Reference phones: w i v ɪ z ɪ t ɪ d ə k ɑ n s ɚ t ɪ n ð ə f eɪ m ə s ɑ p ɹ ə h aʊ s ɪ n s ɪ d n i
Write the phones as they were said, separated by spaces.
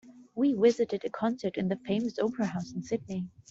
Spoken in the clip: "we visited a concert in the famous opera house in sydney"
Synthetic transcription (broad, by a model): w i w ɪ z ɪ t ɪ d ə k ɑ n s ɚ t ɪ n ð ə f eɪ m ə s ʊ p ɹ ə h aʊ s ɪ n s ɪ d n i